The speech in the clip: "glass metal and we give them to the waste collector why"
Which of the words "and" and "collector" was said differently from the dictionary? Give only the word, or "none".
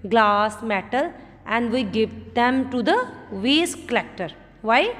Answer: none